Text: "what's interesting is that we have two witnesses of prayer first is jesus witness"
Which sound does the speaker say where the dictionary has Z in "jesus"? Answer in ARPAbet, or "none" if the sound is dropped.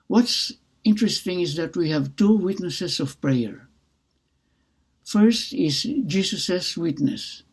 S